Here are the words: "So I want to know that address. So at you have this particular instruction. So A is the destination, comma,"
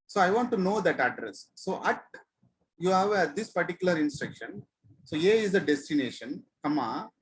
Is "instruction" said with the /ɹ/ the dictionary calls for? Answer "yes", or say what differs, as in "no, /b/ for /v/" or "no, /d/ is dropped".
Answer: yes